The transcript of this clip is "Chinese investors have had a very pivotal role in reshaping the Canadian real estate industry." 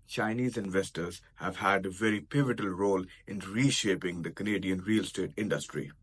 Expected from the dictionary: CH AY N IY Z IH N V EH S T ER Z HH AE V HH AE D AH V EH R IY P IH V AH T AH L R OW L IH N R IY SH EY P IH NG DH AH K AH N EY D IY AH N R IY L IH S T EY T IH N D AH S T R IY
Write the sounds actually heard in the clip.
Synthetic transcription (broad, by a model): CH AY N IY Z IH N V EH S T ER Z HH AE V HH AE D AH V EH R IY P IH V AH T AH L R OW L IH N R IY SH EY P IH NG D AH K AH N EY D IY AH N R IY L S T EY T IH N D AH S T R IY